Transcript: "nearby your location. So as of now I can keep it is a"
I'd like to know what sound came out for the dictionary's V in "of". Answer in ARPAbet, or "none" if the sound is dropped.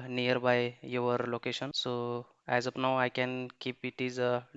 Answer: P